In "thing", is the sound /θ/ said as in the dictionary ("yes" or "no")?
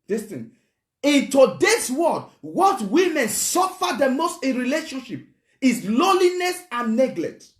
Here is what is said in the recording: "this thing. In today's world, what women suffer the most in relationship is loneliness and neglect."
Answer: no